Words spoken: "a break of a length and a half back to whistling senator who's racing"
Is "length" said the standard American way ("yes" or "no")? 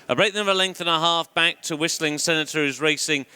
yes